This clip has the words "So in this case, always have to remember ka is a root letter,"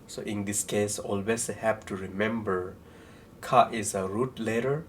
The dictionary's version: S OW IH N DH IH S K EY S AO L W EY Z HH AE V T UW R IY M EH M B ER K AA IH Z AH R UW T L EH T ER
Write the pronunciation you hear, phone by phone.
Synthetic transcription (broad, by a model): S OW IH N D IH S K EY S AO L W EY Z HH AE P T UW R IY M EH M B ER K AA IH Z AH R UW T L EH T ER